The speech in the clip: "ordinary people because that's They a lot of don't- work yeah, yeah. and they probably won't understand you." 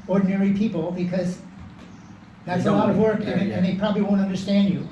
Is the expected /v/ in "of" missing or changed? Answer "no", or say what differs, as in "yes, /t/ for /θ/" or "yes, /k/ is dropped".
no